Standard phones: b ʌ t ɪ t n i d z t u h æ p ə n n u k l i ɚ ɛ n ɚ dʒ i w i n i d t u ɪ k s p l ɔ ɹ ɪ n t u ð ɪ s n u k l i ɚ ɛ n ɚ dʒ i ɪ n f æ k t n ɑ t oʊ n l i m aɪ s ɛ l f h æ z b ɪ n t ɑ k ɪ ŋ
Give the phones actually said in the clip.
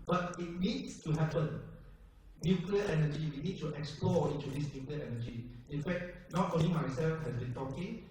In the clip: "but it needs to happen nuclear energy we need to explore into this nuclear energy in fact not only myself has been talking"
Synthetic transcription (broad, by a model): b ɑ t ɪ t n i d s t u h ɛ p ə n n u k l i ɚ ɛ n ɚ dʒ i w i n i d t u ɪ k s p l ɔ ɪ n t u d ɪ s n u k l i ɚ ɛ n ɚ dʒ i ɪ n f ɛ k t n ɑ t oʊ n i m aɪ s ɛ l f h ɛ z b ɪ n t ɑ k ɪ ŋ